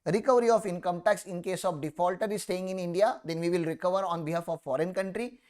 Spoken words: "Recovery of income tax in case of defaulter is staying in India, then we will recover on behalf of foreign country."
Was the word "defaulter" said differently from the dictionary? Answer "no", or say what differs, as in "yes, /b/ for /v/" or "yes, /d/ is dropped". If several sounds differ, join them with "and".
no